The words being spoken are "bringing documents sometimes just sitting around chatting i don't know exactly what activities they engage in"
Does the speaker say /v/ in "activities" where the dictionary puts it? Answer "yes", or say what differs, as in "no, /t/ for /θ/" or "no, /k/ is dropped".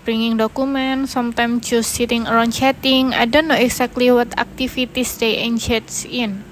no, /f/ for /v/